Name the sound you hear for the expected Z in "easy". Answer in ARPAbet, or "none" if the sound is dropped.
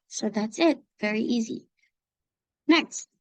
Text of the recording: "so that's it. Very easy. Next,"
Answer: Z